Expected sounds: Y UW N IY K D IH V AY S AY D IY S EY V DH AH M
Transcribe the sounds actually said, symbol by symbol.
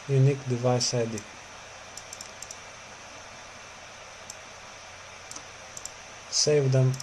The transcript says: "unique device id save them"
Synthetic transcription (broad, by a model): Y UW N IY K D IH V AY S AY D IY S EY V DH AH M